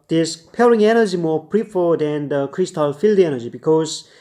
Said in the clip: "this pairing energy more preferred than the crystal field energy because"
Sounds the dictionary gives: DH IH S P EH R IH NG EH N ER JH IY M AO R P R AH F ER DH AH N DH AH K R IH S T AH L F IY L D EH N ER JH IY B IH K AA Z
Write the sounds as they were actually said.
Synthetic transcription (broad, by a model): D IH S P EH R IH NG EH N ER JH IY M AO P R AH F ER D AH N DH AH K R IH S T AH L F IY L D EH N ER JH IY B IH K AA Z